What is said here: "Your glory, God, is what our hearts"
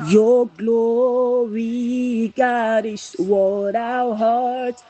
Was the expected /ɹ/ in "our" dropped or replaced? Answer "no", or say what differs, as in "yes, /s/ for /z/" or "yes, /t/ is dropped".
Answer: yes, /w/ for /ɹ/